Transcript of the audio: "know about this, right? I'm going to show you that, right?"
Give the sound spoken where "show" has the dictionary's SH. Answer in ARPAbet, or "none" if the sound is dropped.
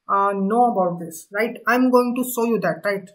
S